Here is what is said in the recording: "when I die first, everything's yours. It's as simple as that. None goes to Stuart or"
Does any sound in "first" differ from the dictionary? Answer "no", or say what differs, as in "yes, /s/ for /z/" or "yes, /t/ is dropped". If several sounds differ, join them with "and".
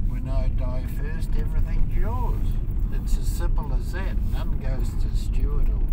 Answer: no